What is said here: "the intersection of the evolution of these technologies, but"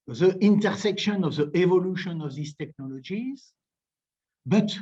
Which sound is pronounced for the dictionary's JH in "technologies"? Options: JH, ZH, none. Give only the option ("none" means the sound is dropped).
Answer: JH